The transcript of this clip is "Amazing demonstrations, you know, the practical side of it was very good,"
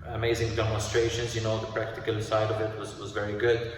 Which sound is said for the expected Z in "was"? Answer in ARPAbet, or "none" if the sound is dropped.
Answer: Z